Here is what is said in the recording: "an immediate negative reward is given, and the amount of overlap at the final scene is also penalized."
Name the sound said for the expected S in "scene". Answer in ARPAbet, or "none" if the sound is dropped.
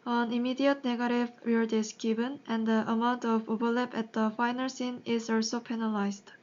S